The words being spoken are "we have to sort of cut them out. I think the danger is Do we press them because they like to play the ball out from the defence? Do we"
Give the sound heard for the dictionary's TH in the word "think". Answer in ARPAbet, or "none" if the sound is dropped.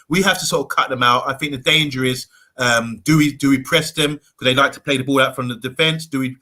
TH